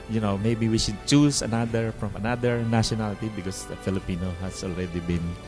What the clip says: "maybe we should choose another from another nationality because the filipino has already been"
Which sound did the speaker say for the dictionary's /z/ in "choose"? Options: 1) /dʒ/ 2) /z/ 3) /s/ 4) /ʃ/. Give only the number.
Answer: 3